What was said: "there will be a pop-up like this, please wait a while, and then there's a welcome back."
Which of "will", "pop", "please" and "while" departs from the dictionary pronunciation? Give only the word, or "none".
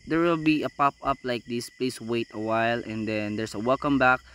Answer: please